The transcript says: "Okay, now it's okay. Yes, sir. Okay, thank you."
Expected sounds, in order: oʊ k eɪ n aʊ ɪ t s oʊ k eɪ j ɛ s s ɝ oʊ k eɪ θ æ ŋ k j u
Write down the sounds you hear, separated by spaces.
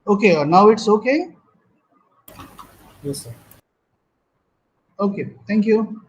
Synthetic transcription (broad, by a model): oʊ k eɪ n aʊ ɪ t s oʊ k eɪ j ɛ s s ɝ oʊ k eɪ t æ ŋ k j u